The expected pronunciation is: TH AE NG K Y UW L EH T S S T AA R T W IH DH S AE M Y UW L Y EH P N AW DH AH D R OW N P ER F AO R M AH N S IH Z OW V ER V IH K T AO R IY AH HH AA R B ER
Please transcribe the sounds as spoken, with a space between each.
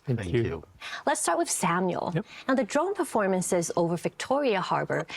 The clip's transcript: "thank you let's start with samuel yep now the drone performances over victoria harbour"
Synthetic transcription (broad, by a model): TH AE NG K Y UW L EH T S S T AA R T W IH DH S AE M Y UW L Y N AW DH AH D R OW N P ER F AO R M AH N S IH Z OW V ER V IH K T AO R IY AH HH AA R B ER